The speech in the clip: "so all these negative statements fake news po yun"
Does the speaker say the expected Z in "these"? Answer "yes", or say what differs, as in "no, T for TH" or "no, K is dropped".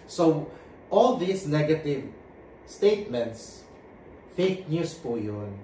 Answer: no, S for Z